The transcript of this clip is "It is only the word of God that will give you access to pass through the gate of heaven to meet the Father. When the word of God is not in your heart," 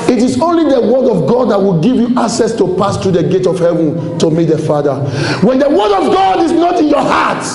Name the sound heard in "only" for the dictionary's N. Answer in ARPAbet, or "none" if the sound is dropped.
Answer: N